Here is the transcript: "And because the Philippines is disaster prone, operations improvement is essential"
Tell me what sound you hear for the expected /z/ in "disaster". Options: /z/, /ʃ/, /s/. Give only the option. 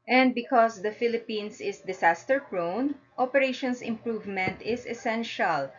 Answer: /s/